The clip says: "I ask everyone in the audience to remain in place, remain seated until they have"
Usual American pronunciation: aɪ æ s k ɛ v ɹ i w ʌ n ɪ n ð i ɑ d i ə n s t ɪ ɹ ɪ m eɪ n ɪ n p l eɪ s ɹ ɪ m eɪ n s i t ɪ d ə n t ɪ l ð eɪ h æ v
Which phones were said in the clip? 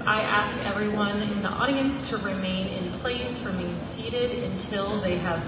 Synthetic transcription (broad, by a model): aɪ æ s k ɛ v ɹ i w ʌ n ɪ n ð i ɑ d i ə n s t ɪ ɹ ɪ m eɪ n ɪ n p l eɪ s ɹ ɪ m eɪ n s i t ɪ d ə n t ɪ l ð eɪ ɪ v